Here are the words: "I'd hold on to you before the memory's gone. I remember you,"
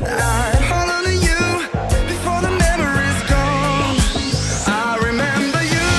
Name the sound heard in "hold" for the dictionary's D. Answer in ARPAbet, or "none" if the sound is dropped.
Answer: none